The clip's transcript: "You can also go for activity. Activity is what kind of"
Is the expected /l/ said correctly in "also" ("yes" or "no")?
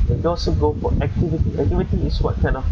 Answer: no